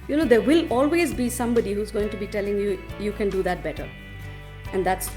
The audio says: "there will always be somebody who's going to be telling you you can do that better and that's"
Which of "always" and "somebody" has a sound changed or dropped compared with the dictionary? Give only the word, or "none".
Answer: none